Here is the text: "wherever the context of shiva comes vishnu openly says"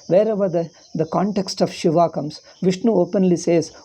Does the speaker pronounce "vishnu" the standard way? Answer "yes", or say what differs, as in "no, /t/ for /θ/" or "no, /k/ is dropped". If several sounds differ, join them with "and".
yes